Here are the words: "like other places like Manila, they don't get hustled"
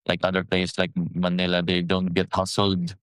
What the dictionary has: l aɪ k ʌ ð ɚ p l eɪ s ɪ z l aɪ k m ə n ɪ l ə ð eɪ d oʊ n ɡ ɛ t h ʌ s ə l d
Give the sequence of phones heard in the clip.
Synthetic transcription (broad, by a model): l aɪ k ʌ ð ɚ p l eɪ ɪ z l aɪ k m ə n ɪ l ə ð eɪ d oʊ n ɡ ɛ t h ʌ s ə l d